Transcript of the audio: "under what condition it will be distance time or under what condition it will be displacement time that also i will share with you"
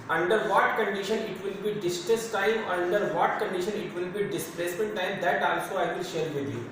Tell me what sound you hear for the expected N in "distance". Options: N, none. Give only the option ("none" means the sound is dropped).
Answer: none